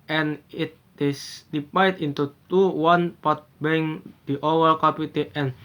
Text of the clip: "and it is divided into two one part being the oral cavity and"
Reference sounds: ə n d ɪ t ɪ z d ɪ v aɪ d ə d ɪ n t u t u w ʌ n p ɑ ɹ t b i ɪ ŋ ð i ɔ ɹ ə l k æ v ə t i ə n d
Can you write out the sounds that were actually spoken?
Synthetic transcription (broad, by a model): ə n ɪ t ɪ s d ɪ p aɪ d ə n t u t u w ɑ n p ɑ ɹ t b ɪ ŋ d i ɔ w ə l k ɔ p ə t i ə n